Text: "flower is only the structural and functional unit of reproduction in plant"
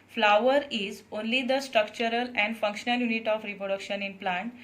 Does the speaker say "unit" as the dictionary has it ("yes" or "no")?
yes